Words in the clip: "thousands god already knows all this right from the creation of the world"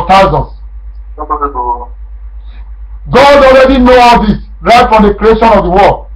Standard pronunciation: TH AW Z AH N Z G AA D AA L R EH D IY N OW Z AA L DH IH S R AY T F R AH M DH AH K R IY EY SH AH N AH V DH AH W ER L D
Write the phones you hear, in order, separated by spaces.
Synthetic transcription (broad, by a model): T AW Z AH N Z G AA D AA L R EH D IY N OW AA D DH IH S R AY T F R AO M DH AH K R IY EY SH AH N AH V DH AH W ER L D